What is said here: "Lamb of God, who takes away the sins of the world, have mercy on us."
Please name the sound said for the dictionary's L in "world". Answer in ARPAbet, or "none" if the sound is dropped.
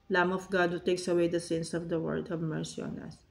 none